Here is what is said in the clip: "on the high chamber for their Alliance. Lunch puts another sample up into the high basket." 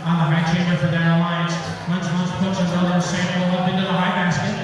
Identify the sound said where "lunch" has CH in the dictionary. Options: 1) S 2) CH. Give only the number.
1